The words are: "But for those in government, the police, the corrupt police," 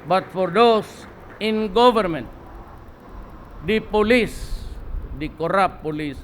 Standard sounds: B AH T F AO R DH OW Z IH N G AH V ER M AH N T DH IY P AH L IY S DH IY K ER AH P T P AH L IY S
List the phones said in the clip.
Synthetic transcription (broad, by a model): B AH T F AO R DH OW S IH N G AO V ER M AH N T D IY P AH L IY S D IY K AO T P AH L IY S